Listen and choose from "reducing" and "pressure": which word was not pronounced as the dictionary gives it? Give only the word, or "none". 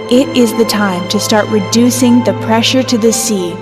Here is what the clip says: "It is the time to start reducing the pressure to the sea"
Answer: none